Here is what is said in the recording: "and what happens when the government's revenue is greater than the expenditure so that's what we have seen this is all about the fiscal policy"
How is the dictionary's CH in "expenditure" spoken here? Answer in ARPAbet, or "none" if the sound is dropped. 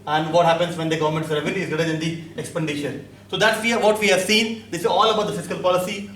SH